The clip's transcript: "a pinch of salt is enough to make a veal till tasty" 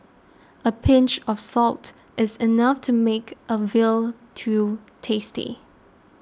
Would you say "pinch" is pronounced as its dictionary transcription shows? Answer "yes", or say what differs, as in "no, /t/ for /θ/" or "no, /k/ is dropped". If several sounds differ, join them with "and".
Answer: yes